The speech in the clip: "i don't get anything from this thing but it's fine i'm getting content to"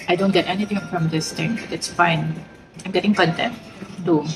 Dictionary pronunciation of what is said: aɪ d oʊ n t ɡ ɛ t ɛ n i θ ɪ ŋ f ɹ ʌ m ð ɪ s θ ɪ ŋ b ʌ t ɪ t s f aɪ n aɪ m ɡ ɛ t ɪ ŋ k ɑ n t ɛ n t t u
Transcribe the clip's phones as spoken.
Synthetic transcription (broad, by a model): aɪ d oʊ n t ɡ ɛ t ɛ n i t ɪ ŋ f ɹ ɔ m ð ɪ s t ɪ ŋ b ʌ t ɪ t s f aɪ n aɪ m ɡ ɛ t ɪ ŋ k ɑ n t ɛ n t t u